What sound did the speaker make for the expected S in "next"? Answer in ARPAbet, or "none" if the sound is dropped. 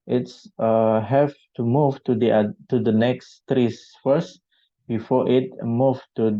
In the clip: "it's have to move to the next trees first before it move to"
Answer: S